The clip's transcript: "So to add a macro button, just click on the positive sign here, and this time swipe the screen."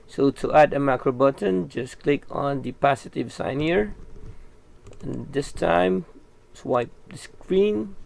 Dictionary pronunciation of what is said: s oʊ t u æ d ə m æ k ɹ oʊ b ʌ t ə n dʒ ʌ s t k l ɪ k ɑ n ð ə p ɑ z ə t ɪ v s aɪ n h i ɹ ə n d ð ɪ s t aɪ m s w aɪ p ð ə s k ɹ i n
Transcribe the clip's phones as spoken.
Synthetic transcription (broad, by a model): s oʊ t u æ d ə m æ k ɹ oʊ b ʌ t ə n dʒ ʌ s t k l ɪ k ɑ n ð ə p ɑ s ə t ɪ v s aɪ n h i ɹ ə n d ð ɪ s t aɪ m s w aɪ p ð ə s k ɹ i n